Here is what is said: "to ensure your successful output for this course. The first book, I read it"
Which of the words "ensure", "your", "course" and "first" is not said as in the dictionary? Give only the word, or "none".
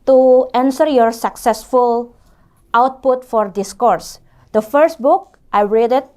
ensure